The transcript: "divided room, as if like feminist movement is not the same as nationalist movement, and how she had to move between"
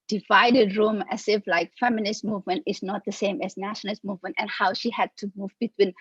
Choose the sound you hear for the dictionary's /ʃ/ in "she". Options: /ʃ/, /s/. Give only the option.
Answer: /ʃ/